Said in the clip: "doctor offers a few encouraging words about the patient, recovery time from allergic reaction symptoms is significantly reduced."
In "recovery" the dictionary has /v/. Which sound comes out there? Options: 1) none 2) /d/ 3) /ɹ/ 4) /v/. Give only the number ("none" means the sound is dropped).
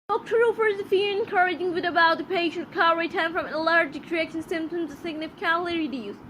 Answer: 1